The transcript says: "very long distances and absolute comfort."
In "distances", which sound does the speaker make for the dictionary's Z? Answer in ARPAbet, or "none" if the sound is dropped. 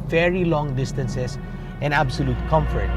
S